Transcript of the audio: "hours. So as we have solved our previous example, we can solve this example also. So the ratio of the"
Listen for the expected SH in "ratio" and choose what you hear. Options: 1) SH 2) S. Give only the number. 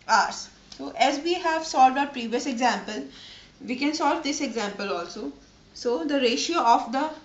1